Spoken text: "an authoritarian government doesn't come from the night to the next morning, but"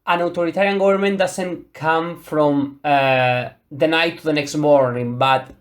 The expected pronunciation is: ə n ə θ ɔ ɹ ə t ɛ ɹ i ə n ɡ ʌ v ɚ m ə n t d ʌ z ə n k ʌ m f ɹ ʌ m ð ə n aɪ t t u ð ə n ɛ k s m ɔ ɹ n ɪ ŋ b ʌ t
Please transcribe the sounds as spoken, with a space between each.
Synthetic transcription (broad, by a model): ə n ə t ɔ ɹ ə t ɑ ɹ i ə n ɡ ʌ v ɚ m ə n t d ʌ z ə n k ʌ m f ɹ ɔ m ð ə n aɪ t t u ð ə n ɛ k s m ɔ ɹ n ɪ ŋ b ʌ t